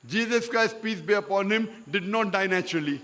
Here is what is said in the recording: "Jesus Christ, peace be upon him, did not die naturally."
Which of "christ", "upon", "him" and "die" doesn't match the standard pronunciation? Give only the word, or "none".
none